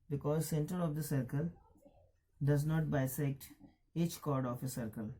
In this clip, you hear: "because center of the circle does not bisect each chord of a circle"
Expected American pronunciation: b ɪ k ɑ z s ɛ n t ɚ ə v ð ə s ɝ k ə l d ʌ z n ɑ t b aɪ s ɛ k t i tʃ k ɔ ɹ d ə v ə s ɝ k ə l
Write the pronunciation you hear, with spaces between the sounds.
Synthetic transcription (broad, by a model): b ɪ k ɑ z s ɛ n t ɚ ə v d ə s ɝ k ə l d ʌ z n ɑ t b aɪ s ɛ k t i tʃ k ɔ ɹ d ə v ə s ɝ k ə l